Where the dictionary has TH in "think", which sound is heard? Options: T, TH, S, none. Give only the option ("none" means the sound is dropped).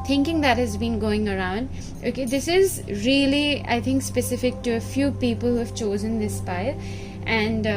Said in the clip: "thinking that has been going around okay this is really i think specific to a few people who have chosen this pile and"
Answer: T